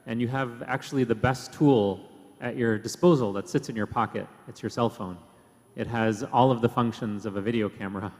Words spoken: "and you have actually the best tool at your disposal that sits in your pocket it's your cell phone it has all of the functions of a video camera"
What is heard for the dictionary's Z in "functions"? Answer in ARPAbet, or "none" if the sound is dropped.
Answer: Z